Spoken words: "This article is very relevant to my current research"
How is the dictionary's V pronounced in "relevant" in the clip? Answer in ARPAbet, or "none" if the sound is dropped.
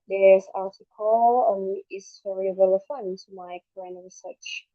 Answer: F